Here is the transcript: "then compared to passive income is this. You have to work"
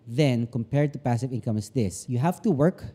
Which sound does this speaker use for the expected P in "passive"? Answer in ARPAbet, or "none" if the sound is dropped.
P